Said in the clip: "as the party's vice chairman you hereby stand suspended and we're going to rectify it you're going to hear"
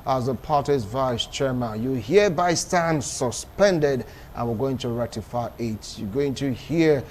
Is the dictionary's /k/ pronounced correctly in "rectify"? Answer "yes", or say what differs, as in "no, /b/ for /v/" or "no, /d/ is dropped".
no, /k/ is dropped